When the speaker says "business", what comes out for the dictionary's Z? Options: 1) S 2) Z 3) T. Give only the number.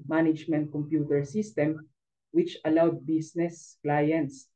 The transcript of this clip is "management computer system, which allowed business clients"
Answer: 1